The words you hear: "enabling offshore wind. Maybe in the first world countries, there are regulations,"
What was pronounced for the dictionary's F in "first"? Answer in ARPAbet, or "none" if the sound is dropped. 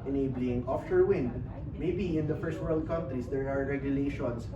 F